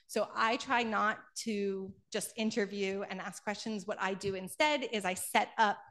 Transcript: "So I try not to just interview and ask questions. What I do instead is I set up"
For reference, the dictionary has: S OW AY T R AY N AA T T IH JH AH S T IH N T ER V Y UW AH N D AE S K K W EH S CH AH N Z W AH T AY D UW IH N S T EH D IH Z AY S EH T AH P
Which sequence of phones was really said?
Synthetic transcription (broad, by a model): S OW AY T R AY N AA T T IH JH AH S T IH N T ER V Y UW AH N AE S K K W EH S CH AH N Z W AH T AY D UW IH N S T EH D IH Z AY S EH T AH P